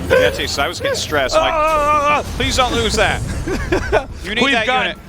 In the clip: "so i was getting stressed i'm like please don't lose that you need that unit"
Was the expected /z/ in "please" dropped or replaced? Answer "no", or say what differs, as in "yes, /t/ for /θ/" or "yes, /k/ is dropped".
no